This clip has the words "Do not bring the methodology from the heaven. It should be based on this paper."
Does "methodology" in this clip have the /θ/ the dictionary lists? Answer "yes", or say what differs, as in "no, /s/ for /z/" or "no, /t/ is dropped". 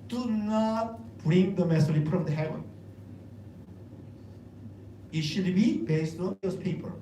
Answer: no, /s/ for /θ/